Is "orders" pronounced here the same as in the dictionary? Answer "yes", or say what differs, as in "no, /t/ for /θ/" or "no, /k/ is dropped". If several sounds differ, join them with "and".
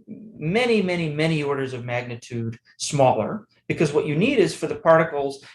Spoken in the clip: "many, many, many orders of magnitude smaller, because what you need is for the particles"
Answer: yes